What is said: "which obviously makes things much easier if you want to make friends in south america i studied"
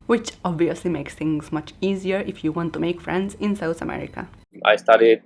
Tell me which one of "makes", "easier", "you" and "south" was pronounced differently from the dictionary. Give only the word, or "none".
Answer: south